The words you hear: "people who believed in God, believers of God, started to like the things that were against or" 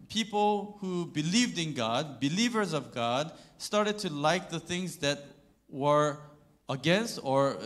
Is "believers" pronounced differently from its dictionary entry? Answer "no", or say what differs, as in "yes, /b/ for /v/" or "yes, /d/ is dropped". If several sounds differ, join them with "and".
no